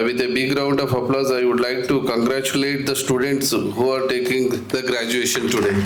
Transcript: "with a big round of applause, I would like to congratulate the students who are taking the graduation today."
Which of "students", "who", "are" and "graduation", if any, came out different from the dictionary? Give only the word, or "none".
none